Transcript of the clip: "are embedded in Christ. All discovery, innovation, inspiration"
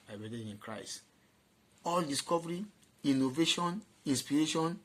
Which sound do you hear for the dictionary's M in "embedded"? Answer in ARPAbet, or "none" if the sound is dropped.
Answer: none